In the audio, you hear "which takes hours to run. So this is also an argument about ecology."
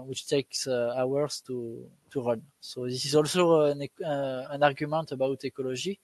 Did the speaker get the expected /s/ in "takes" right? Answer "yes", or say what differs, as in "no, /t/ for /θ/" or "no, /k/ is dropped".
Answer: yes